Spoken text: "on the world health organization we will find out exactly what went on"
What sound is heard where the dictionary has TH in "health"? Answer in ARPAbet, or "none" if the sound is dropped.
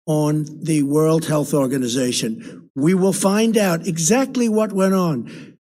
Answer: TH